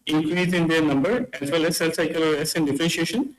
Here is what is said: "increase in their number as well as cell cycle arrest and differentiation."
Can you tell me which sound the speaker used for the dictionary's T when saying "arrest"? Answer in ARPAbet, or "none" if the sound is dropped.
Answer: none